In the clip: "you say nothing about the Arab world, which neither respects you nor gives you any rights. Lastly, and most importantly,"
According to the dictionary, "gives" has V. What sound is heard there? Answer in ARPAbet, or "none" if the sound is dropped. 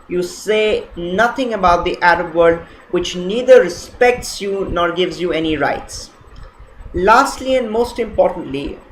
V